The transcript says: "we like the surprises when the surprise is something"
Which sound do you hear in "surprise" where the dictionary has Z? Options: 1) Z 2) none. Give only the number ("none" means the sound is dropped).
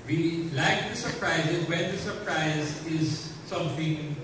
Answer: 1